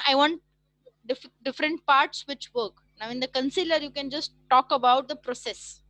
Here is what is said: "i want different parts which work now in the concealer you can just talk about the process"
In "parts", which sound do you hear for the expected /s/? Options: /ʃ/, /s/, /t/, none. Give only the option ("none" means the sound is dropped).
/s/